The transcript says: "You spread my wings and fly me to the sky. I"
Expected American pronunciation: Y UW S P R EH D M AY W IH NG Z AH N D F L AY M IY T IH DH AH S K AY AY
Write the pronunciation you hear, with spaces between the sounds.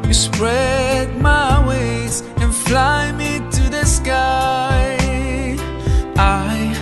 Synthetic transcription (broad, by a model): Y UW S P R EH D M AY W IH Z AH N F L AY M IY T IH DH AH S K AY AY